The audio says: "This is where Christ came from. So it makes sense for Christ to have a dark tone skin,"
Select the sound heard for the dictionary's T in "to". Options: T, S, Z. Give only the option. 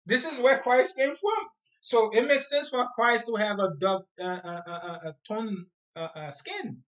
T